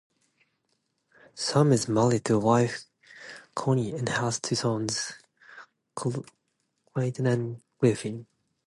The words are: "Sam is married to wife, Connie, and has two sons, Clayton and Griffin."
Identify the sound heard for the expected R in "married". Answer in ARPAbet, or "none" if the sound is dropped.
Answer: L